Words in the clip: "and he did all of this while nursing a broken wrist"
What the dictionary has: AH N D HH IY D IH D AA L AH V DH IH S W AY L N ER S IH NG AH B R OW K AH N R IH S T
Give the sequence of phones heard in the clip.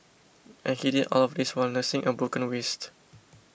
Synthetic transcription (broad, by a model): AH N HH IY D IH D AA L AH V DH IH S W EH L N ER S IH NG AH B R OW K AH N W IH S T